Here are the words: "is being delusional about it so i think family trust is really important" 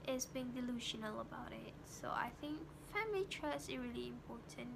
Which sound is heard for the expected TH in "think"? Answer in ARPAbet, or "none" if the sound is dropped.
TH